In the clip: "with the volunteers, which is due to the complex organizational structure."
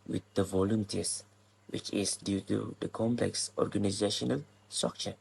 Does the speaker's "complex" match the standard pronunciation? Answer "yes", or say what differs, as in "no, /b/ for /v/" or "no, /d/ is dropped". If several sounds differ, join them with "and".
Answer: yes